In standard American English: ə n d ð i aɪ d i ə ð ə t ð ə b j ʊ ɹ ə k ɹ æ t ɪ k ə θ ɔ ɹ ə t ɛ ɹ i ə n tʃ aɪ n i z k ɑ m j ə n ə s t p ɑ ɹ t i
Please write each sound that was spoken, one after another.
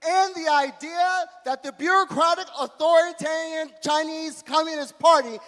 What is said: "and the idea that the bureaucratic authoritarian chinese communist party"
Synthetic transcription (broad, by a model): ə n ð i aɪ d i ə ð ə t ð ə b j ʊ ɹ ə k ɹ æ t ɪ k ə θ ɔ ɹ ə t ɛ ɹ i ə n tʃ aɪ n i z k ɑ m j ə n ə s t p ɑ ɹ t i